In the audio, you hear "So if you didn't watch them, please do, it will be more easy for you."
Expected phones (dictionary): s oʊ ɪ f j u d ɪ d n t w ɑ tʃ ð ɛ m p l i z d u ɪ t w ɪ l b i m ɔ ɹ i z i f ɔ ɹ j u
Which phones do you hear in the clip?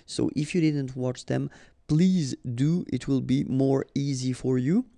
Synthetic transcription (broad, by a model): s oʊ ɪ f j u d ɪ d n t w ɑ tʃ ð ɛ m p l i z d u ɪ t w ɪ l b i m ɔ ɹ i z i f ɔ ɹ j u